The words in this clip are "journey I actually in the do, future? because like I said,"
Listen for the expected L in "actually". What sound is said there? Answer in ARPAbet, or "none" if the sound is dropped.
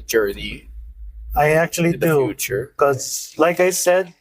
none